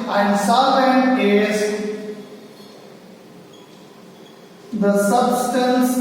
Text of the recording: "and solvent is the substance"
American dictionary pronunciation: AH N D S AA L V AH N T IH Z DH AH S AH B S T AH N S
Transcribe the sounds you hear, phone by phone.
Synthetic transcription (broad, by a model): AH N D S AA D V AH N IH Z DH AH S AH B S T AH N S